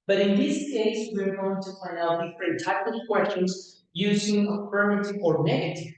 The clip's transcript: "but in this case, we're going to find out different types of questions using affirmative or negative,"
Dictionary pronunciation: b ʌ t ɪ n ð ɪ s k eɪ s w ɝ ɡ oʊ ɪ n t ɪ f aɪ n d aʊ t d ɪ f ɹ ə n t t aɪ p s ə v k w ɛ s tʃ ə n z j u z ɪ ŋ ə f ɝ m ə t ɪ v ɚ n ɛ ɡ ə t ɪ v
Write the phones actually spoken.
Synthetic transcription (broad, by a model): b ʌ t ɪ n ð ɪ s k eɪ s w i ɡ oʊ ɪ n t ɪ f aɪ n aʊ t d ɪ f ɹ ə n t t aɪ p ə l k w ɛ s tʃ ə n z j u z ɪ ŋ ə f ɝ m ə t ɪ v ɚ n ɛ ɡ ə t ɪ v